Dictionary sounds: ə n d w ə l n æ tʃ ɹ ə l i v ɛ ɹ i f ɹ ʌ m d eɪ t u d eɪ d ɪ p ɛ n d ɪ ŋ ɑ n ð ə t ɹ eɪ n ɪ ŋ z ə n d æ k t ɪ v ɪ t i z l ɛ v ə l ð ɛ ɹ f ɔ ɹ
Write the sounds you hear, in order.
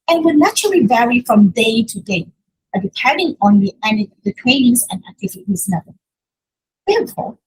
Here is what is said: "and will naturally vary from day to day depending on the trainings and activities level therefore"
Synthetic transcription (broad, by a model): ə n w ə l n æ tʃ ɹ ə l i v ɛ ɹ i f ɹ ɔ m d eɪ t u d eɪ d ɪ p ɛ n d ɪ ŋ ɑ n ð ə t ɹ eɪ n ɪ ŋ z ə n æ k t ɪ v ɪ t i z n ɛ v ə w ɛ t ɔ